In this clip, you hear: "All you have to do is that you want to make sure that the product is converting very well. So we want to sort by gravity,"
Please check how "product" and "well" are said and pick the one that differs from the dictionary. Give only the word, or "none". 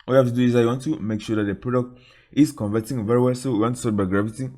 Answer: none